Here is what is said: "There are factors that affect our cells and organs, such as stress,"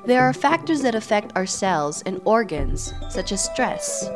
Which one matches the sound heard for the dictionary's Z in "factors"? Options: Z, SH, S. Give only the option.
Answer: Z